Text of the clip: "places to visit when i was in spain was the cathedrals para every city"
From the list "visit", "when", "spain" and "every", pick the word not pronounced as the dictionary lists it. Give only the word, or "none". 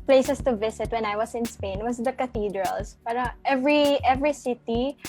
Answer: visit